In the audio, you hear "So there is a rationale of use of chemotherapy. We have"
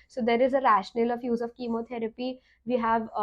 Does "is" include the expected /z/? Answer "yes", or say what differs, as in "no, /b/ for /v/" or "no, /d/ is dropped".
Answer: yes